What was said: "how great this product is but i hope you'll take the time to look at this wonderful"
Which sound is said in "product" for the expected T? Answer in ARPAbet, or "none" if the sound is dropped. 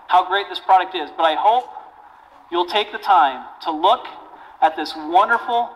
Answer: T